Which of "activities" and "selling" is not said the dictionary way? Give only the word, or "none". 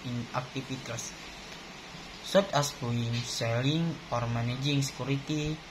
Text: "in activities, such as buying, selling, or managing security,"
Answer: activities